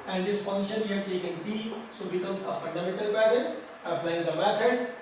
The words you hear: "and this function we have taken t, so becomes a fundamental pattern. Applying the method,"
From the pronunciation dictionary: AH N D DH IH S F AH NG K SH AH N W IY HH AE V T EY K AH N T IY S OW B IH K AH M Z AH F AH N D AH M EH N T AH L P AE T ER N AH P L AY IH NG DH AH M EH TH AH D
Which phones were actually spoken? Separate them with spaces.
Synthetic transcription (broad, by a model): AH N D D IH S P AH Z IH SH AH N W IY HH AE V T EY K AH N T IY S OW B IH K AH M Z AH F AH N D AH M EH N T AH L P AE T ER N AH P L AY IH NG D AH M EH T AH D